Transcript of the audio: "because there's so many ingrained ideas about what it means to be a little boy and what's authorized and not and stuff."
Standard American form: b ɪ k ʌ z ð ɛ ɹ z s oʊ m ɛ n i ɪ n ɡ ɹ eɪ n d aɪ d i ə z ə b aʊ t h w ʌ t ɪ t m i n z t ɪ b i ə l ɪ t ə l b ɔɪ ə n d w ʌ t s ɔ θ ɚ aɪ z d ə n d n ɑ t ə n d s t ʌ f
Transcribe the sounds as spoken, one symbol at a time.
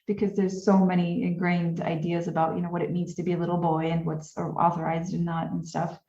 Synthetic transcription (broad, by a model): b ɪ k ʌ z ð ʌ ɹ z s oʊ m ɛ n i ɪ n ɡ ɹ eɪ n d aɪ d i ə z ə b aʊ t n w ʌ t ɪ t m i n z t ɪ b i ə l ɪ t l b ɔɪ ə n w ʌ t s ɔ θ ɚ aɪ z d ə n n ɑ t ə n s t ʌ f